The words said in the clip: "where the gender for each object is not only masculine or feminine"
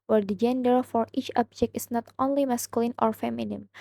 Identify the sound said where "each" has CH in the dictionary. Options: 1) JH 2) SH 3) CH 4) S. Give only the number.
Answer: 3